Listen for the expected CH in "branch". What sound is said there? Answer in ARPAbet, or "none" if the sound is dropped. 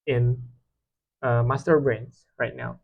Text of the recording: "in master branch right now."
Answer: S